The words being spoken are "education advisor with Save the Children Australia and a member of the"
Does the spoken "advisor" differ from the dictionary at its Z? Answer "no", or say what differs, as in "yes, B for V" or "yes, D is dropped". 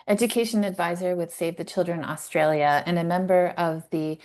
no